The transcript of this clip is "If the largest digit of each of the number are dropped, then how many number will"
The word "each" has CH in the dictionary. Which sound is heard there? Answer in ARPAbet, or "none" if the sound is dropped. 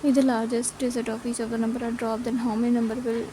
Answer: S